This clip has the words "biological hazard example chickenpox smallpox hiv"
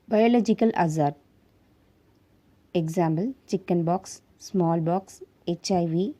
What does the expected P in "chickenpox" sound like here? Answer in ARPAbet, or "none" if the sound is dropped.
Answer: B